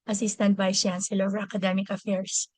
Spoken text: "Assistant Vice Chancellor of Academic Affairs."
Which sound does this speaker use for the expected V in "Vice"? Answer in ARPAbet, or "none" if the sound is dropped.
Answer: B